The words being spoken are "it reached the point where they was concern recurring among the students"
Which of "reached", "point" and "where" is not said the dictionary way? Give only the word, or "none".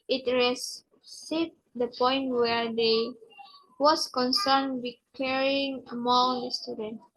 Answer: reached